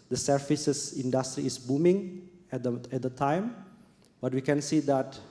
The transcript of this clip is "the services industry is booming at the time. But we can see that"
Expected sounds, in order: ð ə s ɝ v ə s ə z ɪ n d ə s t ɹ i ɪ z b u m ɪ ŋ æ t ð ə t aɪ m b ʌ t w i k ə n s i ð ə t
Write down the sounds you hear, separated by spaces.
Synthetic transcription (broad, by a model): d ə s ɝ f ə s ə s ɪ n d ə s t ɹ i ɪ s b u m ɪ ŋ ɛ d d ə t aɪ m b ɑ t w i k ə n s i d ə t